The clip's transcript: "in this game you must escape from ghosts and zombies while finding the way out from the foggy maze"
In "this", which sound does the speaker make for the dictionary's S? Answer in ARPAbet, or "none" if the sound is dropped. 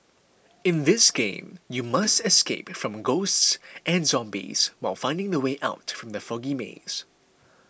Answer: S